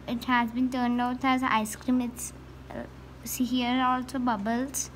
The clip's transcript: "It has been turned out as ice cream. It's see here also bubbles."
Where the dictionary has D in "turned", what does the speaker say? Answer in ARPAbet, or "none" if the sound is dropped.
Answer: none